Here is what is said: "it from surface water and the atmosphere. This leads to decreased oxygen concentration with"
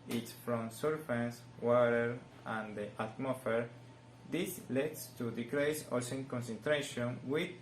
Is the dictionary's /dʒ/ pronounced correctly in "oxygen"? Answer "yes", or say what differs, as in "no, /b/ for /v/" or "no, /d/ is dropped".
no, /dʒ/ is dropped